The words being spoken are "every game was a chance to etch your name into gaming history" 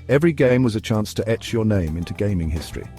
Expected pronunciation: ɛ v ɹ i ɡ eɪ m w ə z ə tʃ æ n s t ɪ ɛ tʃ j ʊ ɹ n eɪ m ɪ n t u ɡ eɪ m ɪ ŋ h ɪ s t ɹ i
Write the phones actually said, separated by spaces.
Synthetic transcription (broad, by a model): ɛ v ɹ i ɡ eɪ m w ə z ə tʃ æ n s t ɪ ɛ tʃ j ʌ ɹ n eɪ m ɪ n t u ɡ eɪ m ɪ ŋ h ɪ s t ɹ i